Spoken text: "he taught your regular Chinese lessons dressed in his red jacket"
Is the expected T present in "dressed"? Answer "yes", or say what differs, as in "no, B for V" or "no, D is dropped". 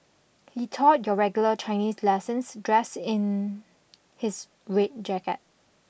no, T is dropped